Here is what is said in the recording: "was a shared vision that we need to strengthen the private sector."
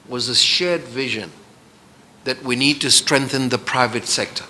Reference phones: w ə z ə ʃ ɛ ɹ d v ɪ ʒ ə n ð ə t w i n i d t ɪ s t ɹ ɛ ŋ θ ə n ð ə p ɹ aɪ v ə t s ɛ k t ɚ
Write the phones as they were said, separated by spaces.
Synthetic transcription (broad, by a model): w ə z ə ʃ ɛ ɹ d v ɪ ʒ ə n ð ə t w i n i d t ɪ s t ɹ ɛ ŋ θ ə n ð ə p ɹ aɪ v ə t s ɛ k t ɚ